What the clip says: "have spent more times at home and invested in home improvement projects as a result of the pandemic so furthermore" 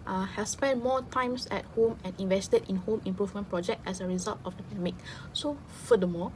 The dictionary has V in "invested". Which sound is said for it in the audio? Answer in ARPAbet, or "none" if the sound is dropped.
V